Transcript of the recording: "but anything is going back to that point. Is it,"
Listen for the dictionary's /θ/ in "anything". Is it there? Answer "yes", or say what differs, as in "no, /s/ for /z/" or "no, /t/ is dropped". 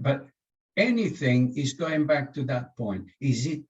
yes